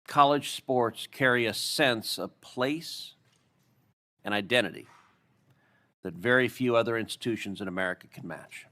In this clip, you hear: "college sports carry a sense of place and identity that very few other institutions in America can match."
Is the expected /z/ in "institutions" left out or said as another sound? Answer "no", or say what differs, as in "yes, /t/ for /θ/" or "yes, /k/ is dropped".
no